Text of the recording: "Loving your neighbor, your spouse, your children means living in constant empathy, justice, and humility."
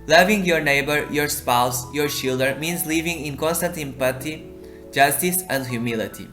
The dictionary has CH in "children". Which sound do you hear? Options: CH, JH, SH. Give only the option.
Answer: SH